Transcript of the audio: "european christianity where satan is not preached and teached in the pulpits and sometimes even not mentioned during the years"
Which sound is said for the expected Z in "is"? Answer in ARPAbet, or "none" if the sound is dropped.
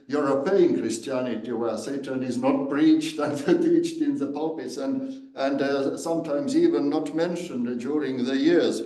Z